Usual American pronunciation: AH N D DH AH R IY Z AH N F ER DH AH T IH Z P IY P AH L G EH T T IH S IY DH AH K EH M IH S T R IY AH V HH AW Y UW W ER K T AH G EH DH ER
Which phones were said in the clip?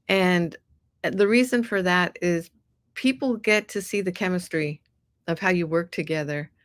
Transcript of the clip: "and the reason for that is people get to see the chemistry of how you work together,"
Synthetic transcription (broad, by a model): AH N DH AH R IY Z AH N F ER DH AH T IH Z P IY P L G EH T T IH S IY DH AH K EH M IH S T R IY AH V HH AW Y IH W ER K T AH G EH DH ER